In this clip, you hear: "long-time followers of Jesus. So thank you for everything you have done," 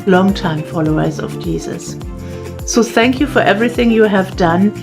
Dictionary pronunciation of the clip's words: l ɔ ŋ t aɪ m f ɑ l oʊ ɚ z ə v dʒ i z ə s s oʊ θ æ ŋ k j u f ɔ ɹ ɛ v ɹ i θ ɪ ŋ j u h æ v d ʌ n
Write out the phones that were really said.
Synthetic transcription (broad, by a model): l ɔ ŋ t aɪ m f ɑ l oʊ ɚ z ə v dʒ i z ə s s oʊ θ æ ŋ k j u f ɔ ɹ ɛ v ɹ i θ ɪ ŋ j u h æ v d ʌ n